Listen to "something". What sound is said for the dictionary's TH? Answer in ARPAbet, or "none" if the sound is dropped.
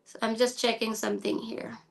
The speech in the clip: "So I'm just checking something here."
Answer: TH